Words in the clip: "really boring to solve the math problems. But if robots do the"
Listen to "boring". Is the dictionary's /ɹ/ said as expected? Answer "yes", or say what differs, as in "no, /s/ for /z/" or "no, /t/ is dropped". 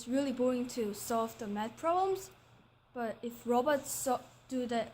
no, /ɹ/ is dropped